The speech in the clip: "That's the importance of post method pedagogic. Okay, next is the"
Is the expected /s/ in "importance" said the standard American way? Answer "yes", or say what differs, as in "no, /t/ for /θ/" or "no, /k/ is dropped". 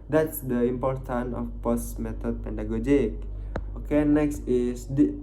no, /s/ is dropped